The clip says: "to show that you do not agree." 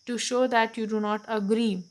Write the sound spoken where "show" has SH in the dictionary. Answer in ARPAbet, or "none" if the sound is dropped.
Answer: SH